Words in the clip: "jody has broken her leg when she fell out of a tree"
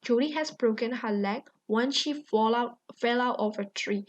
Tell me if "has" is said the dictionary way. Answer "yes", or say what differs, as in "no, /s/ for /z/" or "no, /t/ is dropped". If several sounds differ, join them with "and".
no, /s/ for /z/